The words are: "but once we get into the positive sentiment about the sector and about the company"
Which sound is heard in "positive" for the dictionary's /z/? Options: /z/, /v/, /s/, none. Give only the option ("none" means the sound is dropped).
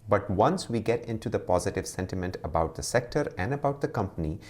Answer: /z/